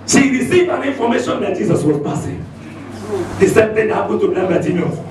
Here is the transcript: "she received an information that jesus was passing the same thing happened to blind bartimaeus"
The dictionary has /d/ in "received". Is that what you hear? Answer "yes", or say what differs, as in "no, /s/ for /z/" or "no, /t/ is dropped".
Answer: no, /d/ is dropped